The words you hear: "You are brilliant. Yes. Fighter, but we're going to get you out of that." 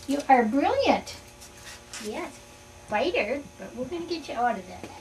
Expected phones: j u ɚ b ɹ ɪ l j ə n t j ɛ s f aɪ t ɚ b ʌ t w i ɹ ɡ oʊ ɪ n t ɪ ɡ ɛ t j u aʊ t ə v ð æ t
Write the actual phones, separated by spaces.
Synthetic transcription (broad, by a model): j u ɚ b ɹ ɪ l j ə n t j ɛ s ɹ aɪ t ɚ b ʌ t w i l ɡ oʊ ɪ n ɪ ɡ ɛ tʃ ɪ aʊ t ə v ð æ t